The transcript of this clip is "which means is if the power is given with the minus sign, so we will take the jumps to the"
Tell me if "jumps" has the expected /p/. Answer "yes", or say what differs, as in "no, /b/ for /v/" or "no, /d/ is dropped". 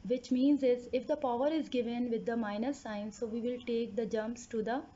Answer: yes